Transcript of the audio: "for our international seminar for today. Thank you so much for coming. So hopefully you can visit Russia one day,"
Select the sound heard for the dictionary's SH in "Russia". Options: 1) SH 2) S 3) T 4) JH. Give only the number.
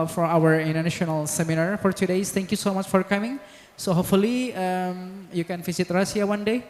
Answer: 2